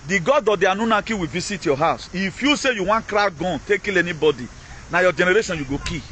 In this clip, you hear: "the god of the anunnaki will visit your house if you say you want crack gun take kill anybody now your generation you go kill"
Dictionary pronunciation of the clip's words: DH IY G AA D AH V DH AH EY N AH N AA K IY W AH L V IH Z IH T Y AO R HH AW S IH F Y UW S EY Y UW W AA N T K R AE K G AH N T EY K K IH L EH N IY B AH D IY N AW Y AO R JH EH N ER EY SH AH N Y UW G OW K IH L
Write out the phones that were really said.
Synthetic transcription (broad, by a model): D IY G AA D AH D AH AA N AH N AA K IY W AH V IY S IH T Y AO HH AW S IH F Y UW S EY Y UW W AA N K R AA G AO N T EY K K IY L EH N IY B AH D IY N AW Y AO JH EH N ER EY SH AH N Y UW G OW K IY